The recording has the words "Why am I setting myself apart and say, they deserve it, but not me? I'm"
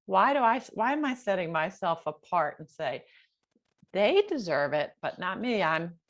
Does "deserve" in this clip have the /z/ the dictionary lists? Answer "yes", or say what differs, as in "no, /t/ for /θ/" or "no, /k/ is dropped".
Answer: yes